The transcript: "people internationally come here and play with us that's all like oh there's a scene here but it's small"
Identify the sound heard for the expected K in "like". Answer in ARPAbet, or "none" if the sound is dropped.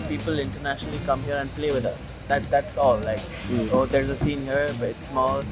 K